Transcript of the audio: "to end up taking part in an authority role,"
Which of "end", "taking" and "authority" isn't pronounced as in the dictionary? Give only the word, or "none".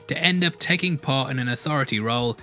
none